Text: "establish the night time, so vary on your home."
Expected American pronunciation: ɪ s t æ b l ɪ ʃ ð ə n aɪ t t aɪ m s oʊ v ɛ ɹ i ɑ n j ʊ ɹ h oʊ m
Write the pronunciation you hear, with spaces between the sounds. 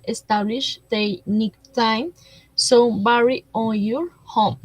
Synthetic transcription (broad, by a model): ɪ s t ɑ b l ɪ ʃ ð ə n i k t aɪ m s oʊ b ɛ ɹ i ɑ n j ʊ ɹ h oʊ m